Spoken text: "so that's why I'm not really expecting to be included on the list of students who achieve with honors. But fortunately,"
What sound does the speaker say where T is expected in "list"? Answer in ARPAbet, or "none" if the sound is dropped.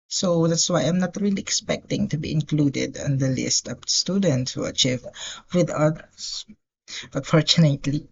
T